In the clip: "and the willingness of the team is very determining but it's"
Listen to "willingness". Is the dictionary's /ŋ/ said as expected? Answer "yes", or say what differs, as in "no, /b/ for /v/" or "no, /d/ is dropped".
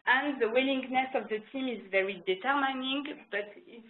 yes